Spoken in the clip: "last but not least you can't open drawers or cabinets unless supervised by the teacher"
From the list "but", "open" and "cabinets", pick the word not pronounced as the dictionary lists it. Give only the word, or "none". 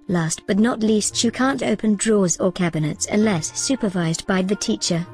none